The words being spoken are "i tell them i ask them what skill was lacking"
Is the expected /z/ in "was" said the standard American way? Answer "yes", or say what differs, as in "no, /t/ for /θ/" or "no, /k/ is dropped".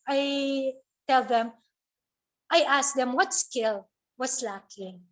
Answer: no, /s/ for /z/